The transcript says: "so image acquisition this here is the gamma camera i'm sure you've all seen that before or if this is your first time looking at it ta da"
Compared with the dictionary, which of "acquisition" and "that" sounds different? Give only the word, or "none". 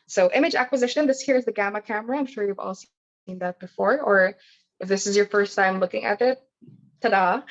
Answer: none